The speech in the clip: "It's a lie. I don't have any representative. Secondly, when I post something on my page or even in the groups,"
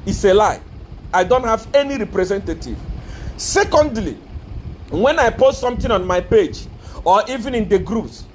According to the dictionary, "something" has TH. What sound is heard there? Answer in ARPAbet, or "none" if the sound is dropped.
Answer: T